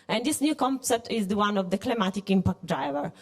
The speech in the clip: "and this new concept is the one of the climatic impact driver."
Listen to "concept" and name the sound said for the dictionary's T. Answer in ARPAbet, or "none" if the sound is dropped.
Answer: T